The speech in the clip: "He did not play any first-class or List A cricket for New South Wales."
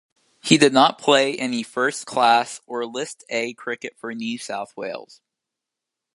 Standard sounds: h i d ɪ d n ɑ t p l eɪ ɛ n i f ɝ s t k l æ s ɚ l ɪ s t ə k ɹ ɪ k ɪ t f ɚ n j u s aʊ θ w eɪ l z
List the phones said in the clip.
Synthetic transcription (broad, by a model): h i d ɪ d n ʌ t p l eɪ ɛ n i f ɝ s k l æ s ɚ l ɪ s t ə k ɹ ɪ k ɪ t f ɚ n j u s aʊ θ w eɪ l z